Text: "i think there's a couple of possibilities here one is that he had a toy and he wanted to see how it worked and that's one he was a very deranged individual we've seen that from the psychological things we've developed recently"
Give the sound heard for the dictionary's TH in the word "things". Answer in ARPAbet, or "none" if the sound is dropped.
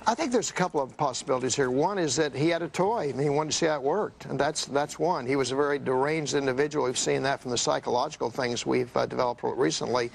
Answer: TH